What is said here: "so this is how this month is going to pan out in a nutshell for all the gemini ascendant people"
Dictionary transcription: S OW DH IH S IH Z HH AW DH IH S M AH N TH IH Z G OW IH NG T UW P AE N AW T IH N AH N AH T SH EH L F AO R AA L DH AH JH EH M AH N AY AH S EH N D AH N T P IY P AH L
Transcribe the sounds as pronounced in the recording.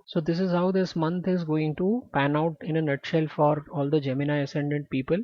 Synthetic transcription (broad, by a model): S OW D IH S IH Z HH AW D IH S M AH N T IH Z G OW IH NG T UW P AE N AW T IH N AH N AH T SH EH L F AO R AA L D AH JH EH M AH N AY AH S EH N D AH N T P IY P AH L